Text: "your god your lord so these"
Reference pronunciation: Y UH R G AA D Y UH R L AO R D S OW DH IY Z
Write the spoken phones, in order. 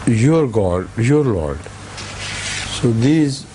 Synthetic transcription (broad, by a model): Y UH R G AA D Y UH R L AO R D S OW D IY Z